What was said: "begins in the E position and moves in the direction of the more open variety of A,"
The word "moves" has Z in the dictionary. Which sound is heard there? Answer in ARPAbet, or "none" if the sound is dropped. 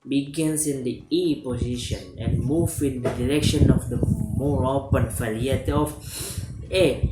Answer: none